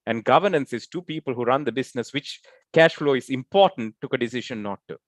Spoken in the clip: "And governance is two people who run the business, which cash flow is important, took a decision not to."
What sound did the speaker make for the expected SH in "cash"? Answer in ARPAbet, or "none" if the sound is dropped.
SH